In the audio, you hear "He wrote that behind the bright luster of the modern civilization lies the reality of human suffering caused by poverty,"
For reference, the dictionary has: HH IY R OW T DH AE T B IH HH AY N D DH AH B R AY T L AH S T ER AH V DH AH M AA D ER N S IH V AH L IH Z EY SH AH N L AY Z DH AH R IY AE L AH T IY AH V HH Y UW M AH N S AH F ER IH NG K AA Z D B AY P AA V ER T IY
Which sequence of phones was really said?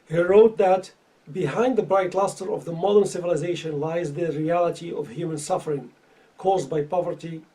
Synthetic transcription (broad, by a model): HH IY R OW T DH AE T B IH HH AY N D DH AH B R AY T L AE S T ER AH V DH AH M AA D ER N S IH V AH L IH Z EY SH AH N L AY Z DH AH R IY AE L AH T IY AH V HH Y UW M AH N S AH F ER IH NG K AA Z D B AY P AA V ER T IY